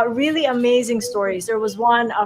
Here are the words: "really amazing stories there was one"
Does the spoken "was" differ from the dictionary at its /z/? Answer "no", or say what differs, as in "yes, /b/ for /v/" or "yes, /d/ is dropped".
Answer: no